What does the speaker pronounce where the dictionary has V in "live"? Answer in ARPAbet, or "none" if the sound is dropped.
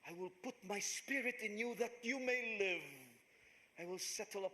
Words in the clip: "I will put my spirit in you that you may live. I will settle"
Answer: V